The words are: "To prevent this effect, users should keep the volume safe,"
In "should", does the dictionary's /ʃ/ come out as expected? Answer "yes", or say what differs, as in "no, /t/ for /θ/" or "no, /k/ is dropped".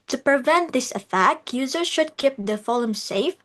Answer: yes